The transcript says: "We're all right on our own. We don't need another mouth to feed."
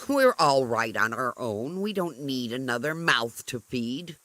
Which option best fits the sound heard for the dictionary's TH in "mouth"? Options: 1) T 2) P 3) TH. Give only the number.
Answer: 3